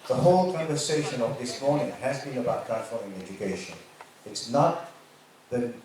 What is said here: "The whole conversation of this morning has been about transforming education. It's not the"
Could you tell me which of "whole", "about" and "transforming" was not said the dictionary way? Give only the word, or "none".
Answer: transforming